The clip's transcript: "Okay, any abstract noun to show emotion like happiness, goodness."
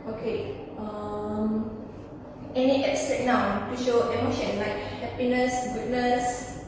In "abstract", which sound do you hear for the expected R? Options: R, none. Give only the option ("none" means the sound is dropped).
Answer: none